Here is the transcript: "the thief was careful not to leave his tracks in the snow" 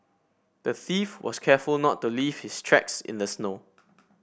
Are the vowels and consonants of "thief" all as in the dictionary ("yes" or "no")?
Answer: yes